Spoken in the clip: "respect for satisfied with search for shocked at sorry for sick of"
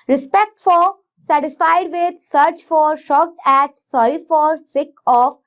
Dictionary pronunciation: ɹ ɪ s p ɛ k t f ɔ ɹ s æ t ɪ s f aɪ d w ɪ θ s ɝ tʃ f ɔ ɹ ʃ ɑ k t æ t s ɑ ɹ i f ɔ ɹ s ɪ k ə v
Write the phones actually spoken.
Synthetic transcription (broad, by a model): ɹ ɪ s p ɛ k t f ɔ ɹ s æ t ɪ s f aɪ d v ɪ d s ɝ tʃ f ɔ ɹ ʃ ɑ k t æ t s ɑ i f ɔ ɹ s ɪ k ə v